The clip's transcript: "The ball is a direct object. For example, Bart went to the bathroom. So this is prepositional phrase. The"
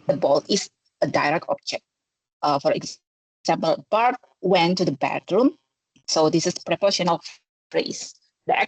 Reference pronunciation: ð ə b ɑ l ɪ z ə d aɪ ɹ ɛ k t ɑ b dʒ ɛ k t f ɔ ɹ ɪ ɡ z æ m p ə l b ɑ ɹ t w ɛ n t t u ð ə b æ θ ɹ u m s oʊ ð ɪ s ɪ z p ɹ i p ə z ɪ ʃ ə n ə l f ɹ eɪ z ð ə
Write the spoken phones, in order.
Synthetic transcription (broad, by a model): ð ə b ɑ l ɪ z ə d aɪ ɹ ɛ k t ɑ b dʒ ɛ k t f ɔ ɹ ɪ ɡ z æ m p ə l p ɑ ɹ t w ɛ n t t u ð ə b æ t ɹ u m s oʊ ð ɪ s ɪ s p ɹ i p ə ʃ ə n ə l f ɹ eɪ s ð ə